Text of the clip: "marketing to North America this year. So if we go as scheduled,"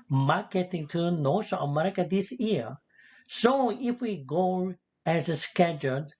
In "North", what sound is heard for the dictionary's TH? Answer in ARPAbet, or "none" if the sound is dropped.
S